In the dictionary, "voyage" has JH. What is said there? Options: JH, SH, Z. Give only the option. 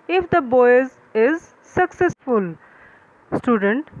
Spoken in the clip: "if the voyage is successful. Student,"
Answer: Z